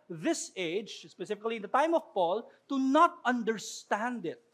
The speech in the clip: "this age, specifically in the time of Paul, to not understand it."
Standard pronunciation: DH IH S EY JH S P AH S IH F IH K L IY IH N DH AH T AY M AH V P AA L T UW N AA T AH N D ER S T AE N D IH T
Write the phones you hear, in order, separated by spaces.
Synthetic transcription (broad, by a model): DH IH S EY JH S P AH S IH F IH K L IY IH N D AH T AY M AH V P AA L T UW N AA T AH N D ER S T AE N D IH T